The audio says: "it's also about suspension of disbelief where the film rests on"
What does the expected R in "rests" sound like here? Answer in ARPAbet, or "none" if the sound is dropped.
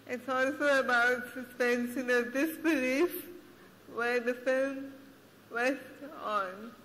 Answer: W